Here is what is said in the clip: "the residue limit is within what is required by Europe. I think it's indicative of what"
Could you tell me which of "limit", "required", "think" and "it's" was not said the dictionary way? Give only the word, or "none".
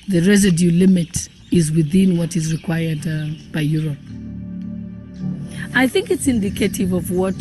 none